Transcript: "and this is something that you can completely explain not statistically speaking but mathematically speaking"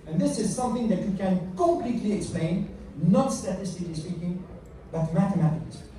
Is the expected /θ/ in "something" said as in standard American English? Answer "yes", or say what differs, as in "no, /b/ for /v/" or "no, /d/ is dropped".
yes